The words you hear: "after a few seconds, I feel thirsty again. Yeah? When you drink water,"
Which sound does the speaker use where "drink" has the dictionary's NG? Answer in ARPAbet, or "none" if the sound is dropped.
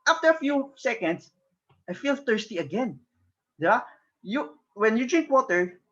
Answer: NG